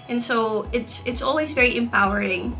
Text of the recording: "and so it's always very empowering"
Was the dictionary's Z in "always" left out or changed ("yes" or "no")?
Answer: no